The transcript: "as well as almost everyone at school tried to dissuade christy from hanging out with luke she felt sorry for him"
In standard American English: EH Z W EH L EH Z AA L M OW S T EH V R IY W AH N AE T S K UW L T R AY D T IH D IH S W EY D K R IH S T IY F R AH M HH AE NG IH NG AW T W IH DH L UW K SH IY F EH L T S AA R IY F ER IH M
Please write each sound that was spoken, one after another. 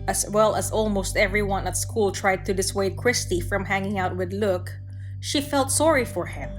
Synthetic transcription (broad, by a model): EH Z W EH L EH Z AA L M OW S T EH V R IY W AH N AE T S K UW L T R AY D T IH D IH S W EY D K R IH S T IY F R AH M HH AE NG IH NG AW T W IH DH L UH K SH IY F EH L T S AA R IY F ER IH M